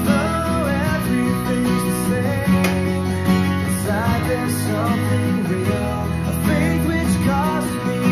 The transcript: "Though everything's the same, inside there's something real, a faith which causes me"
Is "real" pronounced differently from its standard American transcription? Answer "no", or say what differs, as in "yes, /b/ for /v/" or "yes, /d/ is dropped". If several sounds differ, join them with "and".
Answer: yes, /n/ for /l/